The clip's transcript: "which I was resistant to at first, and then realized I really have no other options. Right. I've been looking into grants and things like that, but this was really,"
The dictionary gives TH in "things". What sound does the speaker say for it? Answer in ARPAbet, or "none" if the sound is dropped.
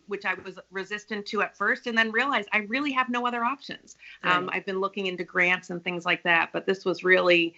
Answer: TH